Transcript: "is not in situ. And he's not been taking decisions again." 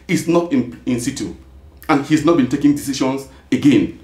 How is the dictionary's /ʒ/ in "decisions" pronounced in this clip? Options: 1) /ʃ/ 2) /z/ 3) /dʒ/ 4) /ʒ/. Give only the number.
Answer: 1